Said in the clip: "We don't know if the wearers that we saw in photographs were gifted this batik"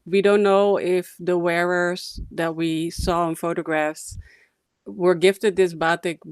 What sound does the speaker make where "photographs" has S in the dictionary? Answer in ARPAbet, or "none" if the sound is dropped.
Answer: S